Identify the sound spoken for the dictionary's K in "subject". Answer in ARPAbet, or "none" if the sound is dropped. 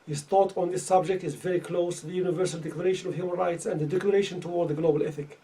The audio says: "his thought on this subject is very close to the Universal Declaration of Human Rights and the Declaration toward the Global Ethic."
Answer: K